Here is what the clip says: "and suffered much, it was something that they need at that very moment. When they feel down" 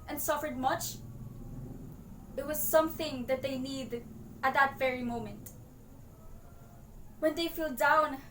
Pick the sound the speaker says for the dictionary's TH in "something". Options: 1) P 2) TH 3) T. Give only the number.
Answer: 2